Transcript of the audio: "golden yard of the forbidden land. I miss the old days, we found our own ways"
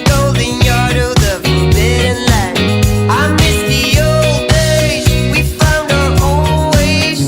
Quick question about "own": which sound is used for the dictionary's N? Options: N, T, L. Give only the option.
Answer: L